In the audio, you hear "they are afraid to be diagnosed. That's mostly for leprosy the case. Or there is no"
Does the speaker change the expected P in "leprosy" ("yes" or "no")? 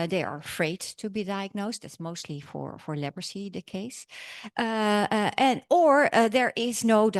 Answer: yes